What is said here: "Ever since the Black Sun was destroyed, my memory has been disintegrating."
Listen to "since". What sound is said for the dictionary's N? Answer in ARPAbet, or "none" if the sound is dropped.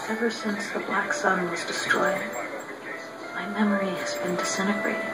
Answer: N